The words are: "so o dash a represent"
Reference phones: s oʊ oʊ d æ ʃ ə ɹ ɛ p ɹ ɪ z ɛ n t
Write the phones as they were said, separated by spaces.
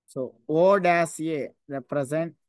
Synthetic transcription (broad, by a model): s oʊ oʊ d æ s ə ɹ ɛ p ɹ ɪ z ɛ n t